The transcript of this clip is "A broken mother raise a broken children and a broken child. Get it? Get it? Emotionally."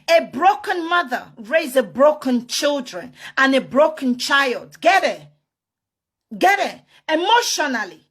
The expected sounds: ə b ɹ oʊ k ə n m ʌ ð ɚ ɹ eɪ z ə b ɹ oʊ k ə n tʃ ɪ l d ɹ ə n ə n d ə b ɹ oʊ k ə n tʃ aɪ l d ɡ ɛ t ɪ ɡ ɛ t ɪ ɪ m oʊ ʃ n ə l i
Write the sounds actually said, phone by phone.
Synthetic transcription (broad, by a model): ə b ɹ oʊ k ə n m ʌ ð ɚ ɹ eɪ z ə b ɹ oʊ k ə n tʃ ɪ l d ɹ ə n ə n ə b ɹ oʊ k ə n tʃ aɪ l d ɡ ɛ t ɪ ɡ ɛ t ɪ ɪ m oʊ ʃ n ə l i